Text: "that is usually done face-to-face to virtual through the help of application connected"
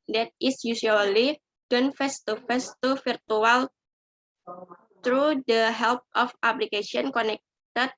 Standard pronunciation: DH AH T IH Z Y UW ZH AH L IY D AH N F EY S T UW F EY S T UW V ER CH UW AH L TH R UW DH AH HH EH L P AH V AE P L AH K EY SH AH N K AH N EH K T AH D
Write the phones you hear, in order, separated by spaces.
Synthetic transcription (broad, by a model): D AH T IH S Y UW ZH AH L IY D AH N F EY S T UW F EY S T UW F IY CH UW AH L T R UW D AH HH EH L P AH F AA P L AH K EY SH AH N K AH N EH K T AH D